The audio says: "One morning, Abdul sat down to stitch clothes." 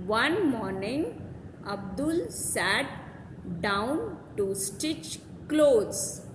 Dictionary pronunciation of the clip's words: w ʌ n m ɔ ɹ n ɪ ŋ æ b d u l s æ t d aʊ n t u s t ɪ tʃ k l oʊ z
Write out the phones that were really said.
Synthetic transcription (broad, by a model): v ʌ n m ɔ ɹ n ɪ ŋ æ b d u l s æ t d aʊ n t u s t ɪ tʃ k l oʊ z